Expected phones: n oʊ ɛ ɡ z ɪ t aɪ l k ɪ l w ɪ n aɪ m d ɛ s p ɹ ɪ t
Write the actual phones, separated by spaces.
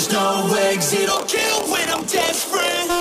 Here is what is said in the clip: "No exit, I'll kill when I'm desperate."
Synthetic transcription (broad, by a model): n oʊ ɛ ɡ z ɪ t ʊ n k ɪ l w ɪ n aɪ m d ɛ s ɹ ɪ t